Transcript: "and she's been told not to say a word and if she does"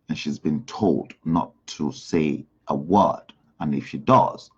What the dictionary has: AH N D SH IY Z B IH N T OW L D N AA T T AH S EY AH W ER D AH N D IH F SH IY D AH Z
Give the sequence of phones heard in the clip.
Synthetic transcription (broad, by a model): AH N SH IY Z B IH N T OW L D N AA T T AH S EY AH W ER D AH N IH F SH IY D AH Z